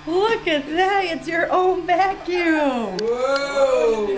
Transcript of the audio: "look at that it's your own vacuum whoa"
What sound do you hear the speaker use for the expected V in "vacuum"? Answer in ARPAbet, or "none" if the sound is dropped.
B